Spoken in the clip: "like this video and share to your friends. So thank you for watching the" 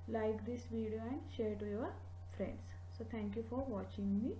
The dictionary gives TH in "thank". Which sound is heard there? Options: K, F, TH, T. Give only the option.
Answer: T